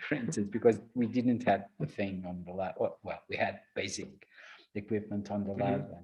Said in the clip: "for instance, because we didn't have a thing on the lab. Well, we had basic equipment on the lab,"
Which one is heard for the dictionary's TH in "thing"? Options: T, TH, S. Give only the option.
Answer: TH